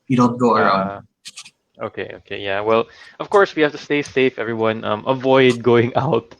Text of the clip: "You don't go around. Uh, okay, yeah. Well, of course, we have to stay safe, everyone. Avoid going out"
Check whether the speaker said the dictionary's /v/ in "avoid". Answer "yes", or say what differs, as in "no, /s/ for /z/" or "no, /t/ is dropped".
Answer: yes